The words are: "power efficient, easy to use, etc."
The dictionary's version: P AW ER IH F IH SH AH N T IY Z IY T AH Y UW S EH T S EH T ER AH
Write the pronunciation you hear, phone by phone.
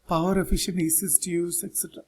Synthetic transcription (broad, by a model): P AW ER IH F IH SH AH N IY S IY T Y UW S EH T S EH T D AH